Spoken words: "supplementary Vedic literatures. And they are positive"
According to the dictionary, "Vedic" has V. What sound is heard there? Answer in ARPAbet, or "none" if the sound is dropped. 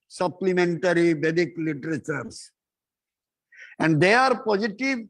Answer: B